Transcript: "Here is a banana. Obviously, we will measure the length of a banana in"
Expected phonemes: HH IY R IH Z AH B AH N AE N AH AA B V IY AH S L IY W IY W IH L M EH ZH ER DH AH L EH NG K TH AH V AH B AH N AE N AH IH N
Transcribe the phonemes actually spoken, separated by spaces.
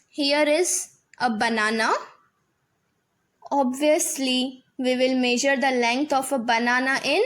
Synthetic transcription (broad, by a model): HH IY R IH Z AH B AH N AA N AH AA B V IY AH S L IY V IY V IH L M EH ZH ER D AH L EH NG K T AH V AH B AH N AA N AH IH N